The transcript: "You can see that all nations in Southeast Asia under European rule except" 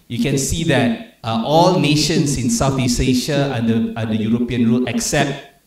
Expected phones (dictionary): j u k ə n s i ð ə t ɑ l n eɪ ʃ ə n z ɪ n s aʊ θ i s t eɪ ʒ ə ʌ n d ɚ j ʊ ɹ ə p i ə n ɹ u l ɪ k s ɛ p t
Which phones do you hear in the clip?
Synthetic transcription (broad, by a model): j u k ə n s i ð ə t ɑ l n eɪ ʃ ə n s ɪ n s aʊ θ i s eɪ ʃ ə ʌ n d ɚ j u ɹ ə p i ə n ɹ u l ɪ k s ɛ p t